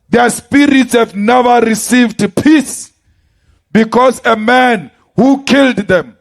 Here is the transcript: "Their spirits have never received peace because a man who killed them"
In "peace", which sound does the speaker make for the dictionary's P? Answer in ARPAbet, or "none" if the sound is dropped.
P